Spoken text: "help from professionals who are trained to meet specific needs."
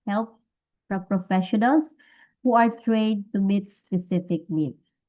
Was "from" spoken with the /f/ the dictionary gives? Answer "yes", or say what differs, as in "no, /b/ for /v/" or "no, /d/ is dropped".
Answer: no, /p/ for /f/